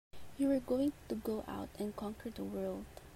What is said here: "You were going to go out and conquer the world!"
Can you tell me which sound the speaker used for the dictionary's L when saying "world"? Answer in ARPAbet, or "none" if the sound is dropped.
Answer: L